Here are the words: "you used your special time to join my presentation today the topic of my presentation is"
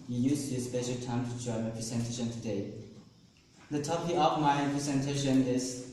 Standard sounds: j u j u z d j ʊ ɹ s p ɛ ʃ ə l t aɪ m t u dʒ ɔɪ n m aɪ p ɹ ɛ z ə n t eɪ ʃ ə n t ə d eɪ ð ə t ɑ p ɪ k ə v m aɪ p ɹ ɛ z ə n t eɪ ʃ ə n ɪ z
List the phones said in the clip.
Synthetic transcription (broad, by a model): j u j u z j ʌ s p ɛ ʃ ə l t aɪ m t u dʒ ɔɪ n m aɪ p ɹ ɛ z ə n t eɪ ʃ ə n t ə d eɪ ð ə t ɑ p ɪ ə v m aɪ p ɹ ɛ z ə n t eɪ ʃ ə n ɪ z